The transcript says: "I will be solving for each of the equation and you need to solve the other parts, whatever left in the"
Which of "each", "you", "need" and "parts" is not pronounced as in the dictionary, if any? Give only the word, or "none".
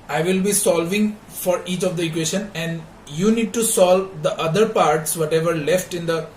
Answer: none